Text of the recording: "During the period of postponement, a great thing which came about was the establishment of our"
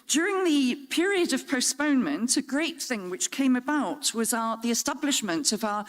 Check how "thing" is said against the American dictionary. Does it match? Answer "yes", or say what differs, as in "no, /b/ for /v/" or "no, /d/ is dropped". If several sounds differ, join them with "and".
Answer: yes